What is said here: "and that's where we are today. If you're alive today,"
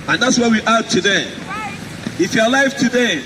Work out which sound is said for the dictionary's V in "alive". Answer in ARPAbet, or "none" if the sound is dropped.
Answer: F